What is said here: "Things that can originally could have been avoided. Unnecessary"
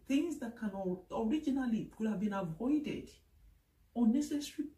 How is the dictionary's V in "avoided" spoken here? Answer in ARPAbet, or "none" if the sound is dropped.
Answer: V